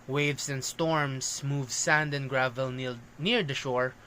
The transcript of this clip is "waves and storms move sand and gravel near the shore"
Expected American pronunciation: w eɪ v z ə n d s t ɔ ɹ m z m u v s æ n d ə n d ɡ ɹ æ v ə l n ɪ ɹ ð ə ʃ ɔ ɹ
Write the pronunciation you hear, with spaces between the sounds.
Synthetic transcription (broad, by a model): w eɪ v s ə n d s t ɔ ɹ m s m u v s æ n d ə n ɡ ɹ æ v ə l n ɪ ɹ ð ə ʃ ɔ ɹ